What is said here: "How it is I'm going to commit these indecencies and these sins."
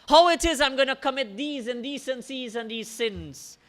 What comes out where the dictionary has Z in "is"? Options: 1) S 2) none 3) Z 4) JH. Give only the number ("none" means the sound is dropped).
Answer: 3